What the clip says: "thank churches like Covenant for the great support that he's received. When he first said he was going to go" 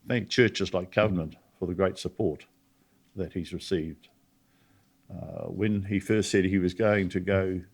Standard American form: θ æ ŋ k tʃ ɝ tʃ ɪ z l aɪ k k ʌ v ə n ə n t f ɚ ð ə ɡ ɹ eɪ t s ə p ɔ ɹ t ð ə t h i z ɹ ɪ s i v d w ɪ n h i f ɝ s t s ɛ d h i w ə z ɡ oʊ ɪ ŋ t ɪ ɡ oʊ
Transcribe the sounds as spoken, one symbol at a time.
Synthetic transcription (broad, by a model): θ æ ŋ k tʃ ɝ tʃ ɪ z l aɪ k k ʌ v ə n ə n t f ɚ ð ə ɡ ɹ eɪ t s ə p ɔ ɹ t ð ə t h i z ɹ ɪ s i v d w ɪ n i f ɝ s t s ɛ d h i w ə z ɡ oʊ ɪ ŋ t ɪ ɡ oʊ